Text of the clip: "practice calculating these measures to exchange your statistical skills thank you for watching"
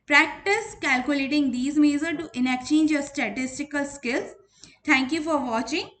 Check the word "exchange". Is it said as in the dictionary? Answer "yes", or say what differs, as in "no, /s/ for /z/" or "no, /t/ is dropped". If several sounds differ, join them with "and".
no, /s/ is dropped